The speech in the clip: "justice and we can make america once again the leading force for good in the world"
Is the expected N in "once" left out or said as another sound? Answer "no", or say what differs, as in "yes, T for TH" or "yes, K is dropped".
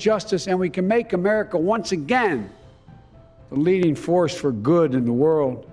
no